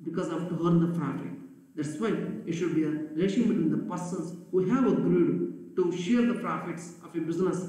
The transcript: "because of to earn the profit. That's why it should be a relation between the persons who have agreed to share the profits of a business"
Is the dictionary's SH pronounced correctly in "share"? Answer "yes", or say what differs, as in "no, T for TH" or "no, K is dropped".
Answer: yes